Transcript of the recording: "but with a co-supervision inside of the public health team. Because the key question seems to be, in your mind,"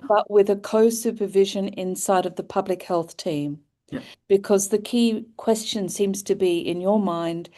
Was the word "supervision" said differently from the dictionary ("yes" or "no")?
no